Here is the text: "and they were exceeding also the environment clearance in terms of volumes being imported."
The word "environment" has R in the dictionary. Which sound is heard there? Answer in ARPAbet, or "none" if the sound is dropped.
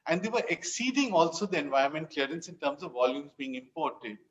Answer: none